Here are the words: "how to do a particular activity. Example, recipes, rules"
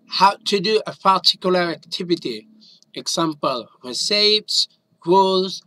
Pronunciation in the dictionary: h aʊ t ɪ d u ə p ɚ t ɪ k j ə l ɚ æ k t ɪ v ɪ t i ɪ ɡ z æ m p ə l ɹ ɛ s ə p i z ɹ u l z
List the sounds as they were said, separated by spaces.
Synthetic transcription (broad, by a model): h aʊ t ɪ d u ə p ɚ t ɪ k j l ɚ æ k t ɪ v ɪ t i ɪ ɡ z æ m p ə l w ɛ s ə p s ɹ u l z